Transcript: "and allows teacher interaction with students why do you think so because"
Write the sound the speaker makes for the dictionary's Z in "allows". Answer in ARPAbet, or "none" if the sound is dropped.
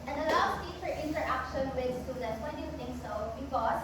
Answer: S